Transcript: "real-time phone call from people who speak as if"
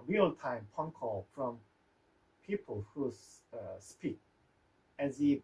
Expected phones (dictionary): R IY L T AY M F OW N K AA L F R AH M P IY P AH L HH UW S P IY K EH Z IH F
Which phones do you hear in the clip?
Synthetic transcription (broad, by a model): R IY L T AY M P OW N K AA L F R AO M P IY P AH L HH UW S P IY K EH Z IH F